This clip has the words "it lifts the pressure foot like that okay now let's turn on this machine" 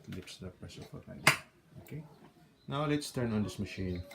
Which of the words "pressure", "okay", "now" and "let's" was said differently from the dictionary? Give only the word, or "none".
pressure